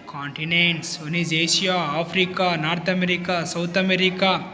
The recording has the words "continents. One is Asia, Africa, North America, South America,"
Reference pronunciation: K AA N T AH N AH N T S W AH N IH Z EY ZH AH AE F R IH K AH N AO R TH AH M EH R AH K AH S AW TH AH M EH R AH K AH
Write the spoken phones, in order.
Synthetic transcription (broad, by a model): K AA N T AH N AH N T S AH N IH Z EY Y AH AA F R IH K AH N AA R T AH M EH R AH K AH S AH T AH M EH R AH K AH